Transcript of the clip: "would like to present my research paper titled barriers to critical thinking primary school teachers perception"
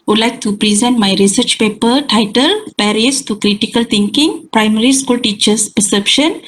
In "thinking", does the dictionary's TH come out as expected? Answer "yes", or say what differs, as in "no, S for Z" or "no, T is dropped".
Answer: no, T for TH